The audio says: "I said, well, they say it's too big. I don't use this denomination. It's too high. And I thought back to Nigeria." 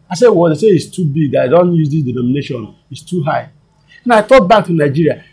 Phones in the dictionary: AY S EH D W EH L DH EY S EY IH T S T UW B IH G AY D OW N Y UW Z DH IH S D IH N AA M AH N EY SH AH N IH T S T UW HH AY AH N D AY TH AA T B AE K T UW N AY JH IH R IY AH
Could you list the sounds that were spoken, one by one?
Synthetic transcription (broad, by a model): AY S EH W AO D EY S EY IH T S T UW B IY G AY D OW N Y UW Z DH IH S D IH N AA M AH N EY SH AH N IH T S T UW HH AY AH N AY T AA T B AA K T UW N AY JH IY R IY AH